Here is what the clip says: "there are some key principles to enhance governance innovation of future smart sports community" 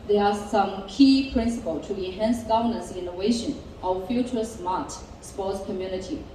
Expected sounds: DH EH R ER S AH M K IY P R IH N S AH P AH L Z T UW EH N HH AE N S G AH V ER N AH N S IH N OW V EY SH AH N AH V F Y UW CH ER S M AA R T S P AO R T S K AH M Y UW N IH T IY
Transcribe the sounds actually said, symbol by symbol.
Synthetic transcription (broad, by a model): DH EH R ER S AH M K IY P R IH N S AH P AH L T UW EH N HH AE N S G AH V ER N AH N S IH N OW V EY SH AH N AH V F Y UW CH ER S M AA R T S P AO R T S K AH M Y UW N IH T IY